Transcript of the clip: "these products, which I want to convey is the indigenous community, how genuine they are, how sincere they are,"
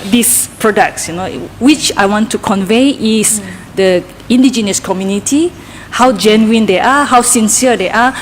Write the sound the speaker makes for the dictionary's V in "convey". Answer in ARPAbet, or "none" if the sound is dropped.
V